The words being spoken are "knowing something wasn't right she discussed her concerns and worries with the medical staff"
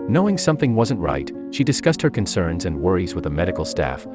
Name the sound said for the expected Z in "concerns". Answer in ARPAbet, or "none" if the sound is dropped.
Z